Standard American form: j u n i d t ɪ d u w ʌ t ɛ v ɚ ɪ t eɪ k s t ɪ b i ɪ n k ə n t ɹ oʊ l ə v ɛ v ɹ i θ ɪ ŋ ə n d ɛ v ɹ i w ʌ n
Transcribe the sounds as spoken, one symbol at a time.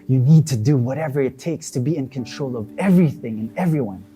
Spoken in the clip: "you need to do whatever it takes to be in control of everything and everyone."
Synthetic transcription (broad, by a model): j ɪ n i d t ɪ d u w ʌ t ɛ v ɚ ɪ t eɪ k s t ɪ b i ɪ n k ə n t ɹ oʊ l ə v ɛ v ɹ i θ ɪ ŋ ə n ɛ v ɹ i w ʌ n